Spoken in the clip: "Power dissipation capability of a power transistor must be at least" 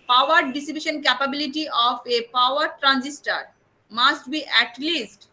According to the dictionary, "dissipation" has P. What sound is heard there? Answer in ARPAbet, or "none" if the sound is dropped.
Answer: B